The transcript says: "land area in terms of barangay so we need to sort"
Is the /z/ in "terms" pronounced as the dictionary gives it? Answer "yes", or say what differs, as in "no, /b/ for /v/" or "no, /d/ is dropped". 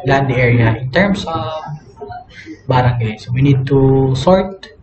no, /s/ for /z/